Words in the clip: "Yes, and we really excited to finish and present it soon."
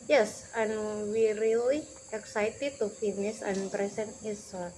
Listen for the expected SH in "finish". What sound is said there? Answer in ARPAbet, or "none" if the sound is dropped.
S